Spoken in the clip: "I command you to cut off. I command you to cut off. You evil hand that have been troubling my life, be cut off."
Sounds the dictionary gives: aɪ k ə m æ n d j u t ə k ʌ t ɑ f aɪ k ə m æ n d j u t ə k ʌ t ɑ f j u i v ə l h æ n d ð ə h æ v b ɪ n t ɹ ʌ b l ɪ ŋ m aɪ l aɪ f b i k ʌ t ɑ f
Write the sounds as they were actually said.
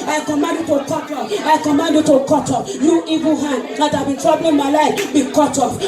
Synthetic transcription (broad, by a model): aɪ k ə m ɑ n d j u t ə k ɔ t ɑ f aɪ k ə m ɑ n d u t ə k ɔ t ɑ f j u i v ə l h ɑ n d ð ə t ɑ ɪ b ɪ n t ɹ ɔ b ɪ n m aɪ l aɪ f b i k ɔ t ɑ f